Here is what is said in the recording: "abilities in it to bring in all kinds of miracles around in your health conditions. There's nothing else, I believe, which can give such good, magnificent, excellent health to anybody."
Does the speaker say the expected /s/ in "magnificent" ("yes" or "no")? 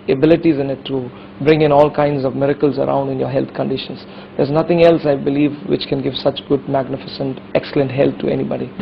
yes